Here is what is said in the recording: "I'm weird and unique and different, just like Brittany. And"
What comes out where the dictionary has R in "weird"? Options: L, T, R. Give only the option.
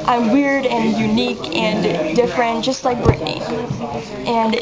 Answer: R